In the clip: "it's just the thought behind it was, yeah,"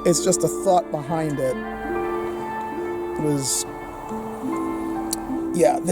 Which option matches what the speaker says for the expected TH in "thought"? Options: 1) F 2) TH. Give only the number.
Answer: 2